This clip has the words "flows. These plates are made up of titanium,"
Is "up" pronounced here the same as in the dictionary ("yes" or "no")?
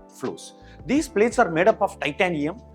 yes